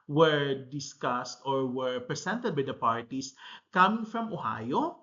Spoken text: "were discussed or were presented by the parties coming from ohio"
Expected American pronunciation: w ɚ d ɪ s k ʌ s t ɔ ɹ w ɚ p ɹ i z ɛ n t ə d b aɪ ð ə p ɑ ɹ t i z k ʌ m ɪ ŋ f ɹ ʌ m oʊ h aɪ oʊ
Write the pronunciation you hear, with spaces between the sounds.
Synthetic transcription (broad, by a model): w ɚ d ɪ s k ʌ s t ɔ ɹ w ɚ p ɹ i s ɛ n t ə d b aɪ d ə p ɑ ɹ t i s k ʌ m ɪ ŋ f ɹ ʌ m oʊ h aɪ oʊ